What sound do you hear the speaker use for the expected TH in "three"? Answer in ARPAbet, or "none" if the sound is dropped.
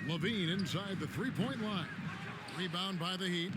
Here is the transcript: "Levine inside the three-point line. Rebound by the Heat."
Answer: TH